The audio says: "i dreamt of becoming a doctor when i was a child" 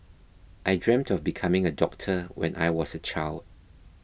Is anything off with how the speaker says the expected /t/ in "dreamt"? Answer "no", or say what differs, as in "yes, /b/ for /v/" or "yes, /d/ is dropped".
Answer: no